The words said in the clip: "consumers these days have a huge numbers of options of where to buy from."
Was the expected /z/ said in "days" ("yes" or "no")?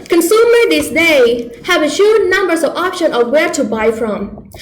no